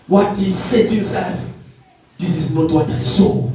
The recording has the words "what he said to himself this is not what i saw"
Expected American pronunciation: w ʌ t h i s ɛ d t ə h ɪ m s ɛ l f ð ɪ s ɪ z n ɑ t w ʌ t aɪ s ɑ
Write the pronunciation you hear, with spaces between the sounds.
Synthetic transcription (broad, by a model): w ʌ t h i s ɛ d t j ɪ s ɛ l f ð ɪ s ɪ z n ɑ t w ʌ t aɪ s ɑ